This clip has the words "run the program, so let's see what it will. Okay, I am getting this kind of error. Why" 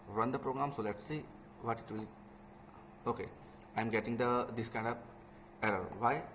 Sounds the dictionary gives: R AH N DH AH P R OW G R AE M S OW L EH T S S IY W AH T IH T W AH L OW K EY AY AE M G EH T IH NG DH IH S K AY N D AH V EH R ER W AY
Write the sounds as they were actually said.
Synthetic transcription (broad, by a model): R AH N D AH P R OW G R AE M S OW L EH T S S IY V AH T IH T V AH L OW K EY AY M G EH T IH NG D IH S K AY N D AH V EH R ER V AY